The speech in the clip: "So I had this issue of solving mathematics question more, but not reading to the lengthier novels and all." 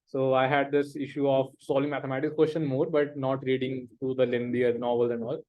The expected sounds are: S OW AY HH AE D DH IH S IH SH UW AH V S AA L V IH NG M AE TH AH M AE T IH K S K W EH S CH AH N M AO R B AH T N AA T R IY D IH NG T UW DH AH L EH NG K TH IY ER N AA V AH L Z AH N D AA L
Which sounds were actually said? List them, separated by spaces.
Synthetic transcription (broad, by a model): S OW AY HH AE D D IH S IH SH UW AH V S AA L IH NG M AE T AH M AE T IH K K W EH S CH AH N M AO R B AH T N AA T R IY D IH NG T UW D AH L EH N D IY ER N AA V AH L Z AH N D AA L